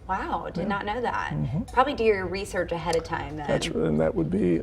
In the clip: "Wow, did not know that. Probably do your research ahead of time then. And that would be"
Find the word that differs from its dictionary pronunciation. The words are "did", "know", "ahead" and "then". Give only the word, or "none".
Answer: then